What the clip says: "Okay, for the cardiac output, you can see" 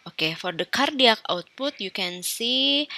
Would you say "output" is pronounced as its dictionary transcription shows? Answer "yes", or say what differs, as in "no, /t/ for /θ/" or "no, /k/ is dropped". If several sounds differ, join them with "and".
yes